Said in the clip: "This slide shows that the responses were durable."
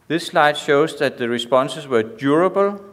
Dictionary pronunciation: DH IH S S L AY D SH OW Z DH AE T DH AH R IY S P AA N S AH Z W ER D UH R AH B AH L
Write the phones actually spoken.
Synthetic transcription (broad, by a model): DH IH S S L AY D SH OW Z DH AE T DH AH R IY S P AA N S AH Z W ER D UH R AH B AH L